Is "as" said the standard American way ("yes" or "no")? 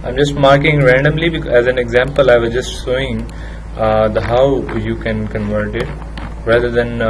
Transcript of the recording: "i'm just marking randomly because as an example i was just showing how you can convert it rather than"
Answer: yes